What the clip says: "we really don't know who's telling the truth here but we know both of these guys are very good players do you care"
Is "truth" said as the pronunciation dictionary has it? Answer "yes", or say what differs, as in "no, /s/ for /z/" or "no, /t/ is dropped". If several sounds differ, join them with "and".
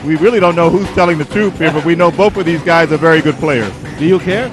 no, /s/ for /θ/